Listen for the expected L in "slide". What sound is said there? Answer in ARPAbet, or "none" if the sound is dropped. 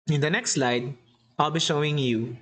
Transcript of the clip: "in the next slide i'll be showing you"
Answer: L